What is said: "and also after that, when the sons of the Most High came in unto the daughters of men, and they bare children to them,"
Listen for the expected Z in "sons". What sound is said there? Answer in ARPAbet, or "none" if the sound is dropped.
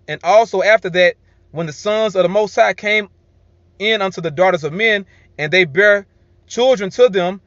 Z